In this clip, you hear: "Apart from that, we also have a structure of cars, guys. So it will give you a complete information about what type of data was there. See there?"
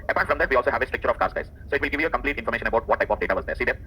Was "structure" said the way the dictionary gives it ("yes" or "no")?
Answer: no